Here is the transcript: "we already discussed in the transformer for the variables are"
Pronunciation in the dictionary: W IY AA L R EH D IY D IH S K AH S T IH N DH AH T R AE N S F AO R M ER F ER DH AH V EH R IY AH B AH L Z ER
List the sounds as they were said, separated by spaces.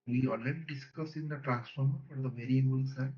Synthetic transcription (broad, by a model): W IY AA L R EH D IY D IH S K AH S IH N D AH T R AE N S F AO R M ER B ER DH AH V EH R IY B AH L S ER